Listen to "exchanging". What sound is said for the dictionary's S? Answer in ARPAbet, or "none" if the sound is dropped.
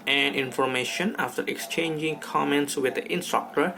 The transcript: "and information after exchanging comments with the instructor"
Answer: S